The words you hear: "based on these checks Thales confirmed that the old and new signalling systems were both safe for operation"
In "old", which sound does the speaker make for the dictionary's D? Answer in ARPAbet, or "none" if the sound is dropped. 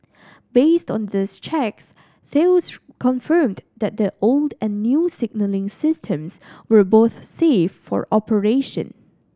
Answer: D